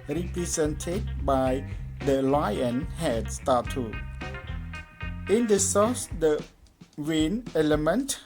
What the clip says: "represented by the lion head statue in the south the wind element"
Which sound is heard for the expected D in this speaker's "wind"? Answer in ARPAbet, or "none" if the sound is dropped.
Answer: none